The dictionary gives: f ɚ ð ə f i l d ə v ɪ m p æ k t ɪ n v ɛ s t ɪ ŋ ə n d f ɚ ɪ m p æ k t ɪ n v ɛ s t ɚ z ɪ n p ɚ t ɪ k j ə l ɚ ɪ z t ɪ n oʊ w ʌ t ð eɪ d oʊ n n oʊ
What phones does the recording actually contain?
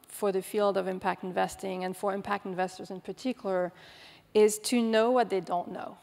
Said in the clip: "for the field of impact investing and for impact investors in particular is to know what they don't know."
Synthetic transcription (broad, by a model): f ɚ ð ə f i l d ə v ɪ m p æ k t ɪ n v ɛ s t ɪ ŋ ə n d f ɚ ɪ m p æ k t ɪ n v ɛ s t ɚ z ɪ n p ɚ t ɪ k j l ɚ ɪ z t ɪ n oʊ w ʌ t ð eɪ d oʊ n n oʊ